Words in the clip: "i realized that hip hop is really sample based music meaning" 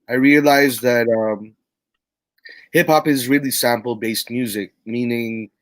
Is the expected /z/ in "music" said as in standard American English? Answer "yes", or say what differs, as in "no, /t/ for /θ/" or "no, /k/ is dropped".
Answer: yes